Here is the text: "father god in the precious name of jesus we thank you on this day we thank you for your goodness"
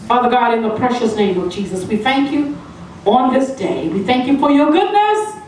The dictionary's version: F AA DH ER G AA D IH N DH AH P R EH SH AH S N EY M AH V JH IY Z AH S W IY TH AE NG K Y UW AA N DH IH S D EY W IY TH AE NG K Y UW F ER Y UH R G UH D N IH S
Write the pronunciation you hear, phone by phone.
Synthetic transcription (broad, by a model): F AA DH ER G AA D IH N DH AH P R EH SH AH S N EY M AH V JH IY Z AH S W IY TH AE NG K Y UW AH N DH IH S D EY W IY TH AE NG K Y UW F ER Y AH R G UH D N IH S